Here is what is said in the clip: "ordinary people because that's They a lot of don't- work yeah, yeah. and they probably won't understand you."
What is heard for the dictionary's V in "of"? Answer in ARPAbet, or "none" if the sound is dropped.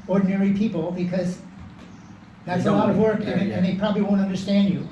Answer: V